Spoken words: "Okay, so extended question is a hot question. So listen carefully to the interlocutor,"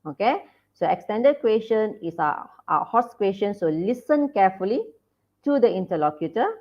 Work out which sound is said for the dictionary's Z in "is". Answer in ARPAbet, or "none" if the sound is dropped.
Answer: S